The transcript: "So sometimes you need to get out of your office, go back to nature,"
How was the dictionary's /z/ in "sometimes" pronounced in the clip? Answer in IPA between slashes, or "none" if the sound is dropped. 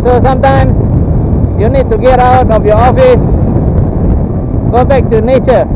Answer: /s/